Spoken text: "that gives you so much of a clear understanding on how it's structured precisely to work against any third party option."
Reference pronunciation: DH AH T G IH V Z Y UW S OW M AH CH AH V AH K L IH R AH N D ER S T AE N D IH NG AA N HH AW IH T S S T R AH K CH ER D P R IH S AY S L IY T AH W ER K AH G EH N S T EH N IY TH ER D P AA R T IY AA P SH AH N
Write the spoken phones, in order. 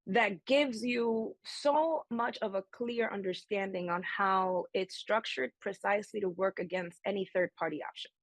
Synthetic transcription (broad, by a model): DH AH T G IH V Z Y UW S OW M AH CH AH V AH K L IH R AH N D ER S T AE N D IH NG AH N HH AW IH T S S T R AH K CH ER D P R IH S AY S L IY T AH W ER K AH G EH N S T EH N IY TH ER D P AA R T IY AA P SH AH N